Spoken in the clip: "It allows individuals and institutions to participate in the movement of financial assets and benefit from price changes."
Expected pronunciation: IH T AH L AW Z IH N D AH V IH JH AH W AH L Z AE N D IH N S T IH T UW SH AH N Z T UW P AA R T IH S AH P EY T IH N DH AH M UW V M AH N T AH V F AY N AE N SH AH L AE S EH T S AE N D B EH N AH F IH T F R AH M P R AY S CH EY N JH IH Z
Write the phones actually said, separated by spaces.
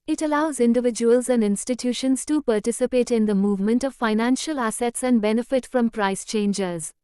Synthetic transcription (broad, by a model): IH T AH L AW Z IH N D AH V IH JH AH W AH L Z AE N D IH N S T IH T UW SH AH N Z T UW P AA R T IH S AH P EY T IH N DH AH M UW V M AH N T AH V F AY N AE N SH AH L AE S EH T S AE N D B EH N AH F IH T F R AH M P R AY S CH EY N JH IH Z